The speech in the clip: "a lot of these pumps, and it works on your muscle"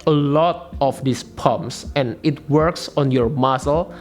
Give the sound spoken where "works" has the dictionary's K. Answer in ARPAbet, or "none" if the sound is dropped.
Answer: K